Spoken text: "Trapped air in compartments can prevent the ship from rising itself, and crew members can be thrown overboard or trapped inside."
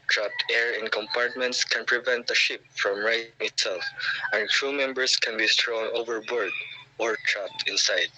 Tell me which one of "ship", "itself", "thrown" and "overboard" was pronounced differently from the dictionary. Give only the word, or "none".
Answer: thrown